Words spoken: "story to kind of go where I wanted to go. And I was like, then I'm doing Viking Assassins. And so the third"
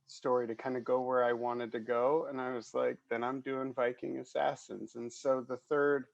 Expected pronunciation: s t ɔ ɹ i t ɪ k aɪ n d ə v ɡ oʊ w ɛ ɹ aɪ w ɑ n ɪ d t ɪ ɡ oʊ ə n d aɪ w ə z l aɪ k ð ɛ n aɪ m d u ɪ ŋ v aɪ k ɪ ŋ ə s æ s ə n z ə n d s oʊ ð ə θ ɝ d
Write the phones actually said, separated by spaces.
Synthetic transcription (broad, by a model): s t ɔ ɹ i t ɪ k aɪ n d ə ɡ oʊ w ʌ ɹ aɪ w ɑ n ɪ d t ɪ ɡ oʊ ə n aɪ w ə z l aɪ k ð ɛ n aɪ m d u ɪ ŋ v aɪ k ɪ ŋ ə s æ s ə n z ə n s oʊ ð ə θ ɝ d